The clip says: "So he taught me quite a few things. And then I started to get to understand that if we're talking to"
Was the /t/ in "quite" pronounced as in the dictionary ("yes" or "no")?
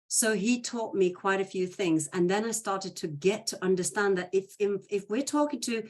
yes